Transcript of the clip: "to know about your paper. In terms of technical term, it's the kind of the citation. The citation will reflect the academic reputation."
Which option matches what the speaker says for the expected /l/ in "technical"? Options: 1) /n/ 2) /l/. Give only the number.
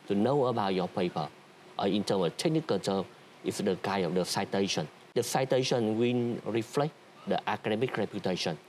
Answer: 1